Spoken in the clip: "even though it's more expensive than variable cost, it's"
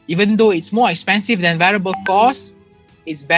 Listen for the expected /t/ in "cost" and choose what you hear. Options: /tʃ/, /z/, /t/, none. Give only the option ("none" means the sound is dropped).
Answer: none